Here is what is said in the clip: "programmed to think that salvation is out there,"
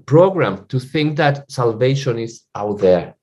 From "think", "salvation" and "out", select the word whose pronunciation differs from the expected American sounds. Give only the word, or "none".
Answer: none